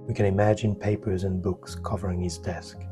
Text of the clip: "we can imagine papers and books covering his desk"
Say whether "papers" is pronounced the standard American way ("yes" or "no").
yes